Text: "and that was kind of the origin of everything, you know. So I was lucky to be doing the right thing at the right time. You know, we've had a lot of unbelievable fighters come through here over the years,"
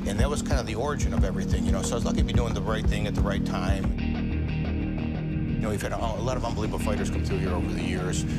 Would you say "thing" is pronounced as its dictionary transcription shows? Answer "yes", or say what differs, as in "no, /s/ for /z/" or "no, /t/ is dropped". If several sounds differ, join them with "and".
yes